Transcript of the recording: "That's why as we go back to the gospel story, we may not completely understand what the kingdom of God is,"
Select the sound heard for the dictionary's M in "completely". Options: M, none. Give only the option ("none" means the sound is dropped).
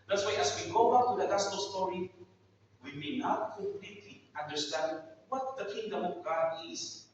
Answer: none